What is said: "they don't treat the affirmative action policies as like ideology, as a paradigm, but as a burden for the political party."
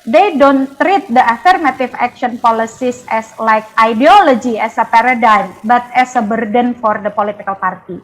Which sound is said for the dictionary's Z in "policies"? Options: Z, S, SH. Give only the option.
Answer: S